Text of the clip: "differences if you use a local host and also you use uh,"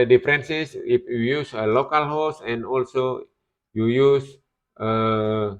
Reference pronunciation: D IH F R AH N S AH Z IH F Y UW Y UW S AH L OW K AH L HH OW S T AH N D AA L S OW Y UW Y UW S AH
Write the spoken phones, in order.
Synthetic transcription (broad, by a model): D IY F R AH N S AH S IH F Y UW Y UW S AH L OW K AH L HH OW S AH N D AA L S OW Y UW Y UW S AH